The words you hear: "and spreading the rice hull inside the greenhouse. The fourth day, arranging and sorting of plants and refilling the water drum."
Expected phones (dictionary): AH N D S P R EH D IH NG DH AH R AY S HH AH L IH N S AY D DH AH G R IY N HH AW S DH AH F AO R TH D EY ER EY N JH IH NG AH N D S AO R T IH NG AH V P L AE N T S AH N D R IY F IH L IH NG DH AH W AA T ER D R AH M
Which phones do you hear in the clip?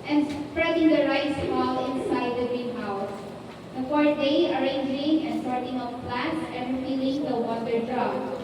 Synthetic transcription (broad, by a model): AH N S P R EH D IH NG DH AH R AY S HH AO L IH N S AY D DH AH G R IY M AW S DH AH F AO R D EY ER EY N JH IH NG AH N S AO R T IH NG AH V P L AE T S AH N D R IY P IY L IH NG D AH W AA T ER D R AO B